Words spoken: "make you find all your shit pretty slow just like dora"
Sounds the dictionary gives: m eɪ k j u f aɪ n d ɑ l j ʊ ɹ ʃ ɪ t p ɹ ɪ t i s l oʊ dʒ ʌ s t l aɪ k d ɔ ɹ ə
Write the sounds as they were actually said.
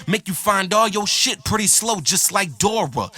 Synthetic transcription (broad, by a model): m eɪ k j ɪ f aɪ n d ɑ l j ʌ ɹ ʃ ɪ t p ɹ ɪ t i s l oʊ dʒ ʌ s t l aɪ k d ɔ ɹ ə